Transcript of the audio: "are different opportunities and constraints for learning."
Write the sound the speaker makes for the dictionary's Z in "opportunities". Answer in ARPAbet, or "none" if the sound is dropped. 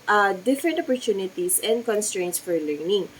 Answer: S